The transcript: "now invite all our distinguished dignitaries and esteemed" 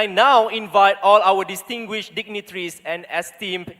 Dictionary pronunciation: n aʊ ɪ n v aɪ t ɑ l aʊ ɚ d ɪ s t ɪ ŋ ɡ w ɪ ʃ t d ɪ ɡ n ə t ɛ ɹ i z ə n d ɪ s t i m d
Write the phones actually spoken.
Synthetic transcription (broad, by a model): n aʊ ɪ n v aɪ t ɑ l aʊ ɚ d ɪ s t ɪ ŋ ɡ w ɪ ʃ d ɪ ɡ n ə t ɹ i s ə n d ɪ s t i m